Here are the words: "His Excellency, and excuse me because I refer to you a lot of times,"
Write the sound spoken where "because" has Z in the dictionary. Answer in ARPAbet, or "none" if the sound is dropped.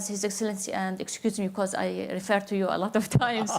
Z